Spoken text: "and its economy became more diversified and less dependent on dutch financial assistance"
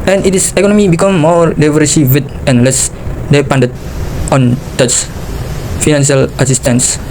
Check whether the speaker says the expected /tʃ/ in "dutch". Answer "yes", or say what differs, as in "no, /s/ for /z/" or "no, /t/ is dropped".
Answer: no, /s/ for /tʃ/